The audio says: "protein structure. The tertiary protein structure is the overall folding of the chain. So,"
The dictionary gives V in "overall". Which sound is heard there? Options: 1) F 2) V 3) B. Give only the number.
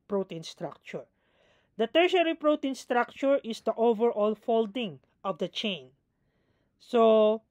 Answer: 2